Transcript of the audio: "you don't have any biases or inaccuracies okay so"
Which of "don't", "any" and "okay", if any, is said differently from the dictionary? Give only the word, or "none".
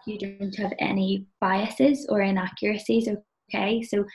none